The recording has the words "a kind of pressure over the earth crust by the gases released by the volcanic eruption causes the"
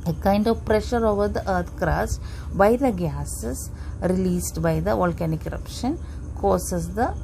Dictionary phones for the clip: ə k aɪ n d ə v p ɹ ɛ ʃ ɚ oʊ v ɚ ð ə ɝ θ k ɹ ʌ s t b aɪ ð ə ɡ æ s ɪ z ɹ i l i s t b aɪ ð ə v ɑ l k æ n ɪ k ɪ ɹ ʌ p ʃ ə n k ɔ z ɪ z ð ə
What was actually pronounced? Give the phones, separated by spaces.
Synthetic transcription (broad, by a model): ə k aɪ n d ə v p ɹ ɛ ʃ ɚ oʊ v ɚ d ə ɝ t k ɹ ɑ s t b aɪ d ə ɡ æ s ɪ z ɹ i l i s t b aɪ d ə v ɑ l k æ n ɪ k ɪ ɹ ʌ p ʃ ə n k ɔ s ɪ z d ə